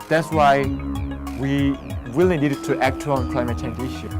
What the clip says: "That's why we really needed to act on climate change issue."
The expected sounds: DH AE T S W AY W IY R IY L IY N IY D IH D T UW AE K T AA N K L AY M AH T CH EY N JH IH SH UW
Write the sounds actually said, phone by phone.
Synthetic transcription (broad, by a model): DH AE T S W AY W IY W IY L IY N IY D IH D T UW AE K T AA N K L AY M AH T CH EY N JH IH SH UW